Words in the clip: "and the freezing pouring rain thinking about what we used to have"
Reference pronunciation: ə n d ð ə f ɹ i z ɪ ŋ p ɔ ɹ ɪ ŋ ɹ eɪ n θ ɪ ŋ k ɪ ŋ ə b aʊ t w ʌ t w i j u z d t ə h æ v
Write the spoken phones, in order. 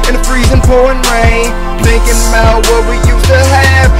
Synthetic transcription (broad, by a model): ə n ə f ɹ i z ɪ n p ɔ ɪ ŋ ɹ eɪ n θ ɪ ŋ k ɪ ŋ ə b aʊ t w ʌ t w i j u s t ə h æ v